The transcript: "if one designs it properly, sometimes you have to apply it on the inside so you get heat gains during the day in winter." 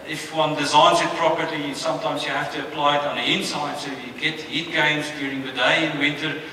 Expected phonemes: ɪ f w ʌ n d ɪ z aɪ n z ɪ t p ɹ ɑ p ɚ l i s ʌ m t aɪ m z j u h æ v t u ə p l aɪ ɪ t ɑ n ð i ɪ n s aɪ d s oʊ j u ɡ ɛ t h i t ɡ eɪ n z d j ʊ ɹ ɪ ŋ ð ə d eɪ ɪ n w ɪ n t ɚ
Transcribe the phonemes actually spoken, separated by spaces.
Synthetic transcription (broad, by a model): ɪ f w ʌ n d ɪ z aɪ n z ɪ t p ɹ ɑ p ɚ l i s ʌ m t aɪ m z j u h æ f t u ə p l aɪ ɪ t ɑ n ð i ɪ n s aɪ d s oʊ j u ɡ ɛ t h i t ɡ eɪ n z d j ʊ ɹ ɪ ŋ ð ə d eɪ ɪ n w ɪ n t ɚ